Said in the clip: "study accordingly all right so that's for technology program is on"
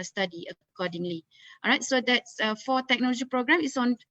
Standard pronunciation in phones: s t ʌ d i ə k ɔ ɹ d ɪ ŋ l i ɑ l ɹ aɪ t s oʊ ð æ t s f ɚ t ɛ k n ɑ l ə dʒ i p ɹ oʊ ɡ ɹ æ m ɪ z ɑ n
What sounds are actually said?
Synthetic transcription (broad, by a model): s t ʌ d i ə k ɔ d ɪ ŋ l i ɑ ɹ aɪ t s oʊ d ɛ t s f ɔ t ɛ k n ɑ l ə dʒ i p ɹ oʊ ɡ ɹ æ m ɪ s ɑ n